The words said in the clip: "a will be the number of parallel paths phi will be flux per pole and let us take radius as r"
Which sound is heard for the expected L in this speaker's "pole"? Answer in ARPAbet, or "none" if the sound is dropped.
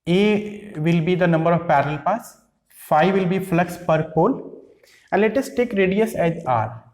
N